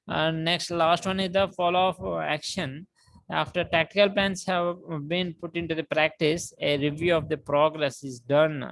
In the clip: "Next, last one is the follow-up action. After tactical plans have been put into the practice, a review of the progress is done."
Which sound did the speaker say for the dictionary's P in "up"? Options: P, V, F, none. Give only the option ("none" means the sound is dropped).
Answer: F